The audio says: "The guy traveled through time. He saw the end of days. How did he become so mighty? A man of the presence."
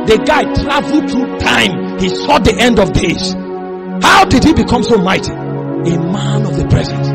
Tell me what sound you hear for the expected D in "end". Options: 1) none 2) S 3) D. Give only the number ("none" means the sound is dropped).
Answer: 3